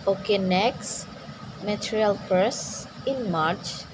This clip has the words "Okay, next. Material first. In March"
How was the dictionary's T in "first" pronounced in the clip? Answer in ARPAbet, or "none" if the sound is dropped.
none